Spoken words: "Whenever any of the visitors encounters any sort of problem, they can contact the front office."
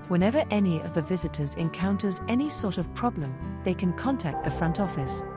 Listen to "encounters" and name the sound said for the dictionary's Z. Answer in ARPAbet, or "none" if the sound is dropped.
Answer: Z